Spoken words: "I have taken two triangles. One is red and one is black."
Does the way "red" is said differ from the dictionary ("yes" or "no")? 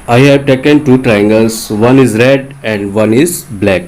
no